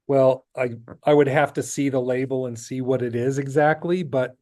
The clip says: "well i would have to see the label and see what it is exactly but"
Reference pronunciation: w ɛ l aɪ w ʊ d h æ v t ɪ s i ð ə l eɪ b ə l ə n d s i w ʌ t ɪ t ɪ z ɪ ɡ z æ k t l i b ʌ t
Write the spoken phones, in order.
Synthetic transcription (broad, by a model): w ɛ l aɪ w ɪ d h æ f t ɪ s i ð ə l eɪ b l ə n s i w ʌ t ɪ t ɪ z ɪ ɡ z æ k t l i b ʌ t